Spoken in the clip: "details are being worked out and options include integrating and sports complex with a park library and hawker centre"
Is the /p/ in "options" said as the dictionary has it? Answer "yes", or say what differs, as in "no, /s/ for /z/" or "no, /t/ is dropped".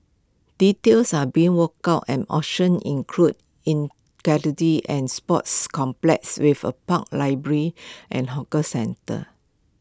no, /p/ is dropped